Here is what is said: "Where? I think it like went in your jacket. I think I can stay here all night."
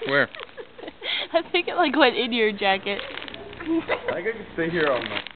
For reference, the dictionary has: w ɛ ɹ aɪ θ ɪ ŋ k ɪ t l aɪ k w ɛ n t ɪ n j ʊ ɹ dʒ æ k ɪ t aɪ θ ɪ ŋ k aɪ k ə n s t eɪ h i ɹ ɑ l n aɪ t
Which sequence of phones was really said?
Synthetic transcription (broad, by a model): w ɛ ɹ aɪ θ ɪ ŋ k ɪ t l aɪ k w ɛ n ɪ n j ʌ ɹ dʒ æ k ɪ t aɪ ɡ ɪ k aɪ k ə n s t eɪ h i ɹ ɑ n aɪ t